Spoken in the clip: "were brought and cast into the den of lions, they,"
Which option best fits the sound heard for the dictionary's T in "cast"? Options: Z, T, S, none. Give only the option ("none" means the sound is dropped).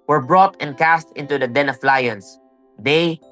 T